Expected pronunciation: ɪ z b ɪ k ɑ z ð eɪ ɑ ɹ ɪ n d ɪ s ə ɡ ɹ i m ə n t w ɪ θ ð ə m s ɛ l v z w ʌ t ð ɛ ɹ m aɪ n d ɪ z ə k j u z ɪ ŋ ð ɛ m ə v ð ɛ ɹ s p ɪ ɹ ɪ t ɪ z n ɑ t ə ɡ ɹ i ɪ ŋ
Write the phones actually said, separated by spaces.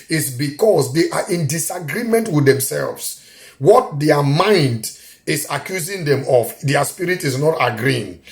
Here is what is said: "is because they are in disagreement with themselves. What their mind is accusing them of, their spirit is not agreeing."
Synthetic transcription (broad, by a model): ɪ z b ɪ k ɑ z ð eɪ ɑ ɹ ɪ n d ɪ s ə ɡ ɹ i m ə n t w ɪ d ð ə m s ɛ l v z w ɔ t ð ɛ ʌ m aɪ n d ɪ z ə k j u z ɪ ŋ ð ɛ m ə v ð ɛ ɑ s p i ɹ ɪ t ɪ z n ɑ t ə ɡ ɹ i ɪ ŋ